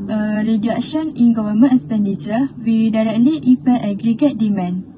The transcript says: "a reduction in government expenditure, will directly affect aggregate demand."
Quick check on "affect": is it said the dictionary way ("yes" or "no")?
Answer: no